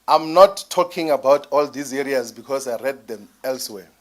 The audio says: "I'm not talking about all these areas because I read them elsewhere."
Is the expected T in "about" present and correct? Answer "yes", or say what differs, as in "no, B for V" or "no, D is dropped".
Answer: yes